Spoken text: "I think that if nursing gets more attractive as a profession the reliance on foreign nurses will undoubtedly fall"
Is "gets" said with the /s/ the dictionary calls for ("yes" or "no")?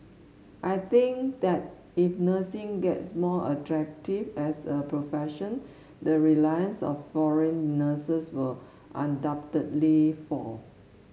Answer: yes